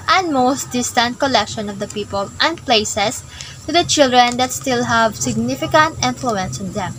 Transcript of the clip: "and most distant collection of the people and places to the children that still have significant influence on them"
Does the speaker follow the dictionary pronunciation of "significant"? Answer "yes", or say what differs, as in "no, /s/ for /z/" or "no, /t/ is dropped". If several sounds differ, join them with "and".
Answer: yes